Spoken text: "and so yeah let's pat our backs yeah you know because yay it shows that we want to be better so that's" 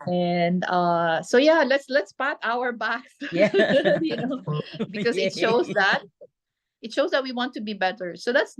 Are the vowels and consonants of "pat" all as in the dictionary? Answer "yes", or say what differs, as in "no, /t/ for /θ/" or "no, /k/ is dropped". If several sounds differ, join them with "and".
yes